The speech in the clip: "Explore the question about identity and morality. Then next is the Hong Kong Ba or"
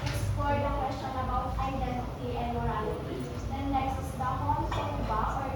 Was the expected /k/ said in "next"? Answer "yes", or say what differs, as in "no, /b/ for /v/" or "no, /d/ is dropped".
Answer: no, /k/ is dropped